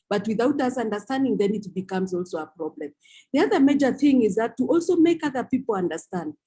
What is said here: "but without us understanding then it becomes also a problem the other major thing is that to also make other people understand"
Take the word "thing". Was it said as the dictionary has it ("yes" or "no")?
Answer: yes